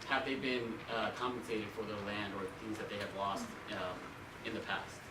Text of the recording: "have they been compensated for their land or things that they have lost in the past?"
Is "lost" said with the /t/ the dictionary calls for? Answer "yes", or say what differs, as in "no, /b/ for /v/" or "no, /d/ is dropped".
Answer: yes